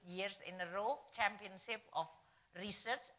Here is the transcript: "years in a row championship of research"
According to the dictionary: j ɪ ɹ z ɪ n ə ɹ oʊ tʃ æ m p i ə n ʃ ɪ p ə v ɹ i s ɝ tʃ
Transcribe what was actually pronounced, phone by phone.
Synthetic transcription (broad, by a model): j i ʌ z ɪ n ə ɹ oʊ tʃ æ m p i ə n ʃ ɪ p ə f ɹ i s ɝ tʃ